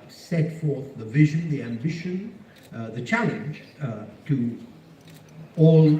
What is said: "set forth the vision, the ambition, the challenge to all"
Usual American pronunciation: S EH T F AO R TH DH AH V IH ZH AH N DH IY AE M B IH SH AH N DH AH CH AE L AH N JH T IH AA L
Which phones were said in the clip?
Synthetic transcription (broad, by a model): S EH T F AO R TH DH AH V IH ZH AH N DH IY AE M B IH SH AH N DH AH CH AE L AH N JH T IH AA L